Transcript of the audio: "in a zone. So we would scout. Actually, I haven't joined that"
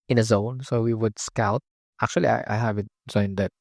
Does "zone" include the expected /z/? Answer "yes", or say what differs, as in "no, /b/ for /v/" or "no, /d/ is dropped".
yes